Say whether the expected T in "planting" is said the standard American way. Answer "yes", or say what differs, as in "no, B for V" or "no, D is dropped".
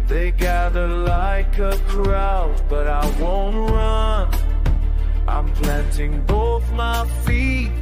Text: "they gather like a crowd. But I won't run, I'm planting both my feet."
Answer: yes